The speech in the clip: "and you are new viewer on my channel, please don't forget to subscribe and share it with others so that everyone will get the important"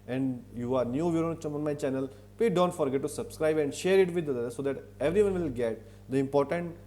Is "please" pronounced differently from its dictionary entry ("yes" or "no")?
yes